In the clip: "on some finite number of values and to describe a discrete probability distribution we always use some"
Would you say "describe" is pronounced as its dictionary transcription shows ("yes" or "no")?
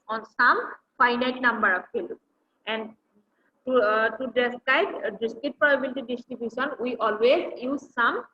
no